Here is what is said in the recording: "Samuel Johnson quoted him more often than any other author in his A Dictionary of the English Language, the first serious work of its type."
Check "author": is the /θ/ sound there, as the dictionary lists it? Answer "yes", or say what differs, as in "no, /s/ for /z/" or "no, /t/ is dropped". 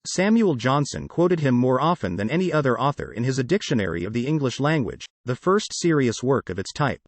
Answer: yes